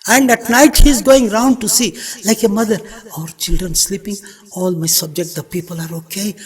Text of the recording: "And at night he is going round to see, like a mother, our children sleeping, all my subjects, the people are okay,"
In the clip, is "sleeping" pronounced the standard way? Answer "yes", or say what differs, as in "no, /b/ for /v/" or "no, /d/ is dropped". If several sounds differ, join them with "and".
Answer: yes